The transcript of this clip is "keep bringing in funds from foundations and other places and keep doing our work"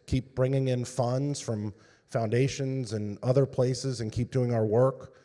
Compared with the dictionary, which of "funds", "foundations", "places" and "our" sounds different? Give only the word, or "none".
none